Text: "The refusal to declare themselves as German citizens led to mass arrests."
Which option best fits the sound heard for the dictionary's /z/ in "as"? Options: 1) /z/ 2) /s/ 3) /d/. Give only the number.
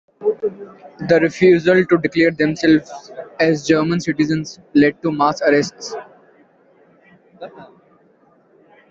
1